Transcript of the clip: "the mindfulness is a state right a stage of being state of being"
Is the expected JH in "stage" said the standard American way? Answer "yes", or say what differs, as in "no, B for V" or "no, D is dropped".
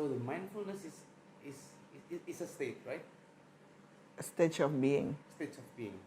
no, CH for JH